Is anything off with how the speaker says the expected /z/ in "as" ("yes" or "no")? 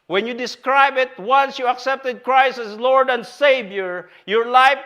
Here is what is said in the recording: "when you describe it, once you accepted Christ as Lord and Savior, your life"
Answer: yes